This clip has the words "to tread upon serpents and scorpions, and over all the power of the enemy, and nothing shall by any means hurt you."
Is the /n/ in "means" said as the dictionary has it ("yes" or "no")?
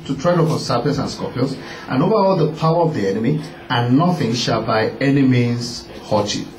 no